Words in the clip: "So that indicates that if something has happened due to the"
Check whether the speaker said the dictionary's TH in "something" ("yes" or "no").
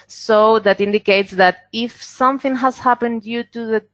yes